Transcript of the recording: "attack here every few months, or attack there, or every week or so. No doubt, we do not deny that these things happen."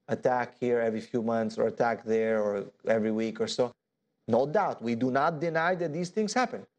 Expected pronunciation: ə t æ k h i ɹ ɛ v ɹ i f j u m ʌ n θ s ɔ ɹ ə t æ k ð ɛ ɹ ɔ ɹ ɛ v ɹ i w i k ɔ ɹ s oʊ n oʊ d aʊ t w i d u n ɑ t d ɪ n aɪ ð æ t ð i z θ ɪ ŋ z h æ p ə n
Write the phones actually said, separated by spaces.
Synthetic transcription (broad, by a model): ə t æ k h i ɹ ɛ v ɹ i f j u m ʌ n θ s ɔ ɹ ə t æ k ð ɛ ɹ ɔ ɹ ɛ v ɹ i w i k ɔ ɹ s oʊ n oʊ d aʊ t w i d u n ɑ t d ɪ n aɪ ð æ t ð i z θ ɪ ŋ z h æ p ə n